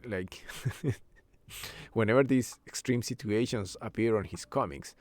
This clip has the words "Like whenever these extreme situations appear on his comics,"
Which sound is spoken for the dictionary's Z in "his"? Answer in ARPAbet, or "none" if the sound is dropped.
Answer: S